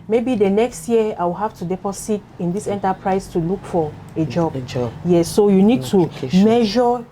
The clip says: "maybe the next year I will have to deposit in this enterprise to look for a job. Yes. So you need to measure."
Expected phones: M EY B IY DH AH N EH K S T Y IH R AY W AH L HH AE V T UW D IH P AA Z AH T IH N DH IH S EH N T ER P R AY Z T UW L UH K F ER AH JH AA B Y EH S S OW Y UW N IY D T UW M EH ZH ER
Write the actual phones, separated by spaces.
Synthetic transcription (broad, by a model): M EY B IY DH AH N EH K S T Y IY AY W AH L HH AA F T UW D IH P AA S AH T IH N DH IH S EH N T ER P R AY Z T UW L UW K F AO AH JH AA B Y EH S S OW Y UW N IY D T UW M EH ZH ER